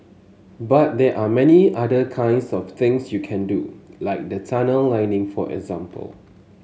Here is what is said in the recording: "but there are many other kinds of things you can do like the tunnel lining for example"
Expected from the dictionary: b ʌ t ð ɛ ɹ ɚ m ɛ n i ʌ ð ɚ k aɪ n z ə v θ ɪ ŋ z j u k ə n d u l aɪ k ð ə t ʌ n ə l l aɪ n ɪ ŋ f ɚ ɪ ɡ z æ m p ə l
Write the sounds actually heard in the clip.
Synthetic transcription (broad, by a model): b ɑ t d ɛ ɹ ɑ m ɛ n i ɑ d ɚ k aɪ n s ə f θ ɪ ŋ s j u k ə n d u l aɪ k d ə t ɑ n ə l l aɪ n ɪ ŋ f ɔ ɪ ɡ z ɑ m p ə l